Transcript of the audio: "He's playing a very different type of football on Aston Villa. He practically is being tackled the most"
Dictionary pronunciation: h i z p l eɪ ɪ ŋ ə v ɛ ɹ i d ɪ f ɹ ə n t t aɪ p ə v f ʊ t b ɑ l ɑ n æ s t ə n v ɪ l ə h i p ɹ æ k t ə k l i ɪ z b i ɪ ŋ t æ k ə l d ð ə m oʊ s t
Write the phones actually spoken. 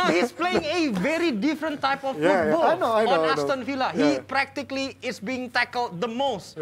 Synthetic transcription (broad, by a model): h i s p l eɪ ɪ ŋ ə v ɛ ɹ i d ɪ f ɹ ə n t t aɪ p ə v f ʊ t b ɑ n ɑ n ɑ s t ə n f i l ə h i p ɹ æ k t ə k l i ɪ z b i ɪ ŋ t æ k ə l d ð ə m oʊ s t